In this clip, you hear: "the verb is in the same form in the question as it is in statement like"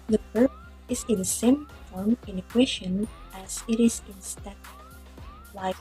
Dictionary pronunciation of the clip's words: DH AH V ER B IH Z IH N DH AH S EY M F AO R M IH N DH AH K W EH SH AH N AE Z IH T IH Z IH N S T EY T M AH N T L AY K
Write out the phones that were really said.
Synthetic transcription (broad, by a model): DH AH P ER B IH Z IH N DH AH S EY M F AO R M IH N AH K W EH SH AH N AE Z IH T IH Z IH N S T T AH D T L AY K